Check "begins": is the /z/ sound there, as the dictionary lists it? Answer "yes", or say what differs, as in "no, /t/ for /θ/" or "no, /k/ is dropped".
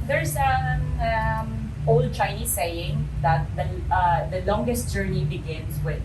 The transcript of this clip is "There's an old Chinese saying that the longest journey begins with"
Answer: no, /s/ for /z/